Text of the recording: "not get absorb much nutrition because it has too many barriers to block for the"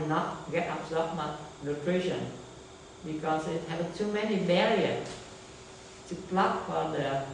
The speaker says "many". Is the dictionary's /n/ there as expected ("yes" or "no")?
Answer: yes